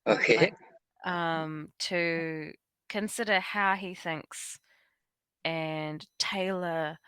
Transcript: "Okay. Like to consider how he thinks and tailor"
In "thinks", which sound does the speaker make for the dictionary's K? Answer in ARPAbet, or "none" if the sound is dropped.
K